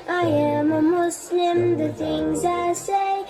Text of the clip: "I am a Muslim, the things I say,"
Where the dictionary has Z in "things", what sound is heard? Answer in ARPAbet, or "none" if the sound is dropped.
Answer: Z